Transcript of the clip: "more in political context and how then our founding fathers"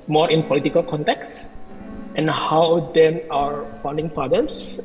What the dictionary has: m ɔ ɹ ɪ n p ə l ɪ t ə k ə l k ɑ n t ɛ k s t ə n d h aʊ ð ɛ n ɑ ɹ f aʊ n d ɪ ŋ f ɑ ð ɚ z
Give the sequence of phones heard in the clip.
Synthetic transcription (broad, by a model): m ɔ ɹ ɪ n p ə l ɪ t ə k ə l k ɑ n t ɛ k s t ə n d h aʊ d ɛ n ɑ ɹ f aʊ n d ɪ ŋ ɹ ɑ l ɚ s